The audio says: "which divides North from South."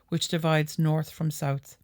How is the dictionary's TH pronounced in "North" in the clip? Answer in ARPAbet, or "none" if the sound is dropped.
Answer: TH